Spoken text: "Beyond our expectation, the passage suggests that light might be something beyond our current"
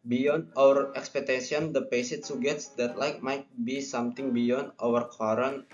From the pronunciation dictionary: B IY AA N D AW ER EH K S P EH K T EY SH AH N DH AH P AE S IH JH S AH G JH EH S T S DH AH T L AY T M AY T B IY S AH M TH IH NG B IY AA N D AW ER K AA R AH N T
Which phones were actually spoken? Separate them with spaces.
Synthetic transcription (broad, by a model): B IY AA N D AW ER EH K S P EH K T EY S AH N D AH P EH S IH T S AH G EH T S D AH T L AY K M AY T B IY S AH M T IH NG B IY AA N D AW ER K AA R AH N